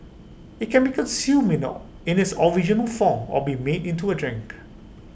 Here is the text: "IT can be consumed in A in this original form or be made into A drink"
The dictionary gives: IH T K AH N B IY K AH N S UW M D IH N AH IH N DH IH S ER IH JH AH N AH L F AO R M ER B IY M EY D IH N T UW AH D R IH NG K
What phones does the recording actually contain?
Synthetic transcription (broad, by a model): IH T K AH N B IY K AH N S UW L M IH N AH IH N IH S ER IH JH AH N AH L F AO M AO B IY M EY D IH N T UW AH D R IH NG K